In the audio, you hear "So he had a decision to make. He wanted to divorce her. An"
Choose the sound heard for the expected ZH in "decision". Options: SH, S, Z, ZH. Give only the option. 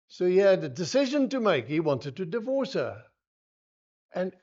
ZH